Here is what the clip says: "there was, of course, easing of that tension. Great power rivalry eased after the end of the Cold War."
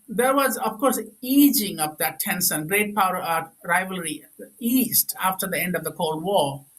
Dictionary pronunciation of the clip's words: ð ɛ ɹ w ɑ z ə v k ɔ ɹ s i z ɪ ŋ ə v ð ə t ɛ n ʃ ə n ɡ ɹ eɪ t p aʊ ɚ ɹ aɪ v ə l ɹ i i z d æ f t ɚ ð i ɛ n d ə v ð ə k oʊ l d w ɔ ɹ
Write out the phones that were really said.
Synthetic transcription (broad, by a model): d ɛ ɹ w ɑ z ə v k ɔ ɹ s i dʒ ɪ ŋ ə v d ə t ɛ n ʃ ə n ɡ ɹ eɪ t p aʊ ɚ ɹ aɪ v ə l ɹ i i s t æ f t ɚ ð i ɛ n d ə v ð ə k oʊ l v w ɔ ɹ